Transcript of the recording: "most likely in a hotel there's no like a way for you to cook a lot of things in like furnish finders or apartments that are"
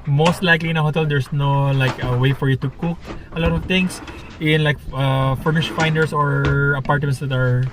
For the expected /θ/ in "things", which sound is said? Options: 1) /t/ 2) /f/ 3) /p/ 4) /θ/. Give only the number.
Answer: 1